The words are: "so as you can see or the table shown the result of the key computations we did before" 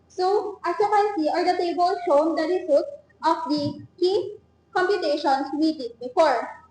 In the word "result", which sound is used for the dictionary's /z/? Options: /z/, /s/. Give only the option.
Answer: /s/